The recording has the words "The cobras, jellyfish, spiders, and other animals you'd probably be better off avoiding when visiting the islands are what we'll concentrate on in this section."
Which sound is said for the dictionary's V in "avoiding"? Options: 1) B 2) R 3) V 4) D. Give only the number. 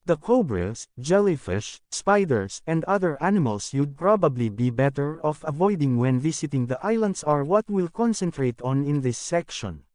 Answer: 3